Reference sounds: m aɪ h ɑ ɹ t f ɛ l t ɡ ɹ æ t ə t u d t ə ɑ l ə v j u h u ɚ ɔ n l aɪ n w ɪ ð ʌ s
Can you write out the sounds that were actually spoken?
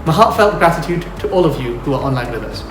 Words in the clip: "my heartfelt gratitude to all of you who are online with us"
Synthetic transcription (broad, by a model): m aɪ h ɑ ɹ t f ɛ l t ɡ ɹ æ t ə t u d t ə ɑ l ə v j u h u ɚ ɔ n l aɪ n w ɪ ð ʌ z